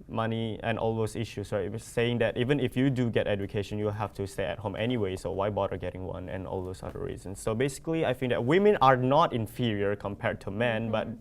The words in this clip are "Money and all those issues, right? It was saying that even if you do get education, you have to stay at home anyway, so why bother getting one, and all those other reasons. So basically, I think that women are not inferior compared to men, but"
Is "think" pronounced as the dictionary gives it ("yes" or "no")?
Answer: no